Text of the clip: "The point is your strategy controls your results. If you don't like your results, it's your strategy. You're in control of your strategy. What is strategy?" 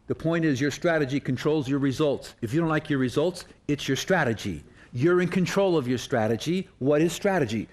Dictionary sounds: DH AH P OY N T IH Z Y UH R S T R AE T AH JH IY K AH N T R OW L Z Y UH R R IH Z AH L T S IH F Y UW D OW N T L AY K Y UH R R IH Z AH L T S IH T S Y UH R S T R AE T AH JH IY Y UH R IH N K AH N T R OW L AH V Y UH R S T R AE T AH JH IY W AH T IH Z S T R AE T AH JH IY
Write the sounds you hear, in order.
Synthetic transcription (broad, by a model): DH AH P OY N T IH Z Y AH R S T R AE T AH JH IY K AH N T R OW L Z Y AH R R IH Z AH L T S IH F Y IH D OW N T L AY K Y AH R R IH Z AH L T S IH T S Y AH R S T R AE T AH JH IY Y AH R IH N K AH N T R OW L AH V Y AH R S T R AE T AH JH IY W AH T IH Z S T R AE T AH JH IY